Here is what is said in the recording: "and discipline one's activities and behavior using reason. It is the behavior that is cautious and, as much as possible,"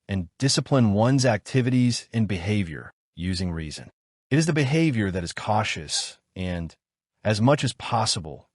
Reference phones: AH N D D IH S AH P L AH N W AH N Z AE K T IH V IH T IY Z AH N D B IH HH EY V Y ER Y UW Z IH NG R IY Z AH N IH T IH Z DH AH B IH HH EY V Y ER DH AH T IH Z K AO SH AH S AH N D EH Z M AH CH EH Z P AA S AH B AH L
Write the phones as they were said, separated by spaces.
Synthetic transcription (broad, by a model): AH N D D IH S AH P L AH N W AH N Z AE K T IH V IH T IY Z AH N B IH HH EY V Y ER Y UW Z IH NG R IY Z AH N IH T IH Z DH AH B IH HH EY V Y ER DH AH T IH Z K AO SH AH S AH N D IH Z M AH CH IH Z P AA S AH B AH L